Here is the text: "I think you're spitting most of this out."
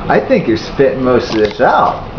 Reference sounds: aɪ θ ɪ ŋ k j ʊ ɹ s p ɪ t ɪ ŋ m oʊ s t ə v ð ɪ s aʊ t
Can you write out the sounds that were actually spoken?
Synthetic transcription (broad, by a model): aɪ θ ɪ ŋ k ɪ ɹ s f ɪ t m oʊ s t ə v ð ɪ s aʊ t